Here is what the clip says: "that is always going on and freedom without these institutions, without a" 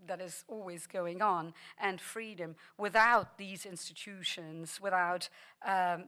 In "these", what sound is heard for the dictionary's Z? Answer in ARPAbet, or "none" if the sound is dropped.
Z